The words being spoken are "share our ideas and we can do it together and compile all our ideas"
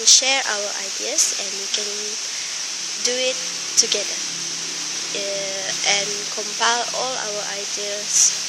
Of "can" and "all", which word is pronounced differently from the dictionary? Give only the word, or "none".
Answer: none